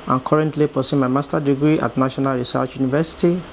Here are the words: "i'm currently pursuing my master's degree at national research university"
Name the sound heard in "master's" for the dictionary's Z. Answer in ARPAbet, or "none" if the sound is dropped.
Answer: none